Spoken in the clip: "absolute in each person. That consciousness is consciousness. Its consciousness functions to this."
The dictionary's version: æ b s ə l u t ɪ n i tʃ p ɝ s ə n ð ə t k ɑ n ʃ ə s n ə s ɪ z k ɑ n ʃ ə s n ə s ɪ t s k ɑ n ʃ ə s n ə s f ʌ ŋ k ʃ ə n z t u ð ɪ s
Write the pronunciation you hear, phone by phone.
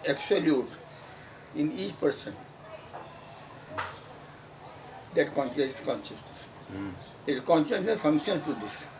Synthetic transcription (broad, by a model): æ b s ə l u t ɪ n i tʃ p ɝ s ə n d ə t k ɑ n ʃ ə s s k ɑ n ʃ ə s n ə s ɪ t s k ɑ n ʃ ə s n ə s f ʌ ŋ k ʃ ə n t u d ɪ s